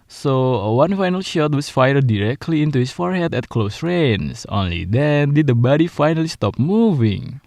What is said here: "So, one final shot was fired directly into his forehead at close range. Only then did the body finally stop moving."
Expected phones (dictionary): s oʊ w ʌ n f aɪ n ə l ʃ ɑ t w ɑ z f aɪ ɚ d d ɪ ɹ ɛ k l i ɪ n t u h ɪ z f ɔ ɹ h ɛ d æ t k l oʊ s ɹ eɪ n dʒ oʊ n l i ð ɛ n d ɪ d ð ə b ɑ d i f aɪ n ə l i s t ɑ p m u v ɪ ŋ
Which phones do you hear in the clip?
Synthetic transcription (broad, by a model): s oʊ w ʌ n f aɪ n ə l ʃ ɑ t w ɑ s f aɪ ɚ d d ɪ ɹ ɛ k l i ɪ n t u h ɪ s f ɔ ɹ h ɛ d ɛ t k l oʊ s ɹ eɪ n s oʊ n l i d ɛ n d ɪ d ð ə b ɑ d i f aɪ n ə l i s t ɑ p m u v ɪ ŋ